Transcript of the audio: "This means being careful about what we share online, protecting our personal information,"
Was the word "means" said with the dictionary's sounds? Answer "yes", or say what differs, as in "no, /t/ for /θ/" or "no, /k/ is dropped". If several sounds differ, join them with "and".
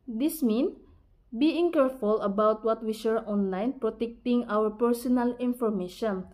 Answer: no, /z/ is dropped